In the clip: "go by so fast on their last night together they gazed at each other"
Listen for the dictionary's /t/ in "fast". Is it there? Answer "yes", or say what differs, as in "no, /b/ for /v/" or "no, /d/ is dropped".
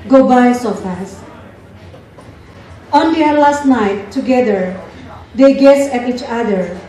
no, /t/ is dropped